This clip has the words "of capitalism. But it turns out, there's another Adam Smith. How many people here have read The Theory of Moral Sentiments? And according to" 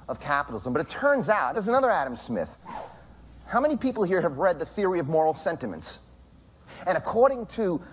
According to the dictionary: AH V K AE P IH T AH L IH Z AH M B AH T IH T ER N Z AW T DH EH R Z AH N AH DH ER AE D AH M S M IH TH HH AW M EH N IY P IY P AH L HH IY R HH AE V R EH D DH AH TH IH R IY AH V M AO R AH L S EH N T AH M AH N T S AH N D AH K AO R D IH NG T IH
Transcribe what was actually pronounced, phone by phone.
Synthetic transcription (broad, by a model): AH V K AE P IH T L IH Z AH M B AH T IH T ER N Z AW T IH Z AH N AH DH ER AE D AH M S M IH TH HH AW M EH N IY P IY P L HH IY R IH V R EH D DH AH TH IH R IY AH V M AO R L S EH N T AH M AH N T S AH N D AH K AO R D IH NG T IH